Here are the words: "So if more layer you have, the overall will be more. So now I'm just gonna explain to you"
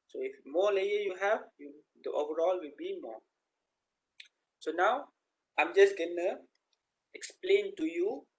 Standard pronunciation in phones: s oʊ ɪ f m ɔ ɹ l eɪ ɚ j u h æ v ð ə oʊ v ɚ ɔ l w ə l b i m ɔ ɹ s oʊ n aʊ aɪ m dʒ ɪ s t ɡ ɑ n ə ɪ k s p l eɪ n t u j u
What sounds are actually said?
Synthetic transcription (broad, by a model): s oʊ ɪ f m ɔ l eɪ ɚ j u h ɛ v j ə oʊ v ɚ ɔ l w ə l b i m ɔ s oʊ n aʊ aɪ m dʒ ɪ s ɡ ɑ n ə ɪ k s p l eɪ n t u j u